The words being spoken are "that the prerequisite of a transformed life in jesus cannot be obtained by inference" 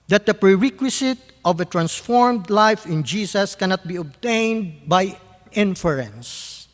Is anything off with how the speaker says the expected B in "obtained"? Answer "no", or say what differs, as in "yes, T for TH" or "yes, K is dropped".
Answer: no